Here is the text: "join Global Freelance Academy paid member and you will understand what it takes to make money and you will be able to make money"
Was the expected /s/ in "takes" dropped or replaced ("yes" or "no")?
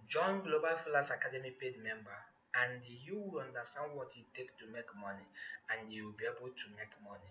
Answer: yes